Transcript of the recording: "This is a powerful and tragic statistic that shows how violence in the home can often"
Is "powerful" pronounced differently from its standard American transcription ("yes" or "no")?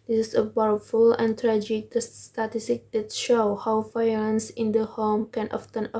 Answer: yes